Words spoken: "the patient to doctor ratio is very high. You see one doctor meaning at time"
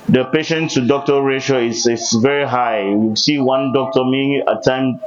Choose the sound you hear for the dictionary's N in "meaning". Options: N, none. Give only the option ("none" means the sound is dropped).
none